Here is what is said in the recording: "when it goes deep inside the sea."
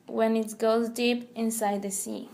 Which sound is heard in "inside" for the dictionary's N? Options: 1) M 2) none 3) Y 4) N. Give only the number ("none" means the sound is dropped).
4